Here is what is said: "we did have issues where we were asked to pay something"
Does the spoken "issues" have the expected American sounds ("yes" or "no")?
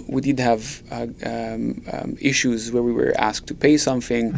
yes